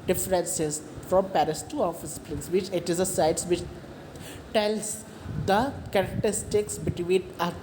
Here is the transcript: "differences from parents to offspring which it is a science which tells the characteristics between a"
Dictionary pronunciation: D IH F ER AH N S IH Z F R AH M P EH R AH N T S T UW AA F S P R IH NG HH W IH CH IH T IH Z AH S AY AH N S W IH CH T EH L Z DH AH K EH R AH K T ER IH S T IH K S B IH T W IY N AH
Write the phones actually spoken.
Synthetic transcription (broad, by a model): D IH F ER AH N S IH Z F R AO M P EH R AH S T UW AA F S P L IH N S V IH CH IH T IH Z AH S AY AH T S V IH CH T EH L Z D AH K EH R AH K T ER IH S T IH K S B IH T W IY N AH